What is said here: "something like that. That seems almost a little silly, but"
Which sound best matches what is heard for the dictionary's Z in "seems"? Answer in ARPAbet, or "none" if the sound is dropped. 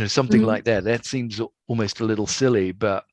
Z